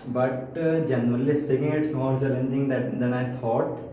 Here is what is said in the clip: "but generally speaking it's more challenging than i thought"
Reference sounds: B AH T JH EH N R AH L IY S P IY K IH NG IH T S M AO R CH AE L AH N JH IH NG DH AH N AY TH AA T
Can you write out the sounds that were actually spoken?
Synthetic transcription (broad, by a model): B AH T JH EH N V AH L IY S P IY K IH NG IH T S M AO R S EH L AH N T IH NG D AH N AY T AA T